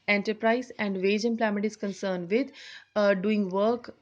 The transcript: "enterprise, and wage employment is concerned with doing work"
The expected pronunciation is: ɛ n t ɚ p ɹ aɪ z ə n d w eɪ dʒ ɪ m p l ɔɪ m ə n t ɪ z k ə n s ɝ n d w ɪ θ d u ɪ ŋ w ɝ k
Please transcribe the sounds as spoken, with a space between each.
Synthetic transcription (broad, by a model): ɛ n t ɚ p ɹ aɪ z ə n d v eɪ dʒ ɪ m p l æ m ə t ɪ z k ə n s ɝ n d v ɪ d d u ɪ ŋ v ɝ k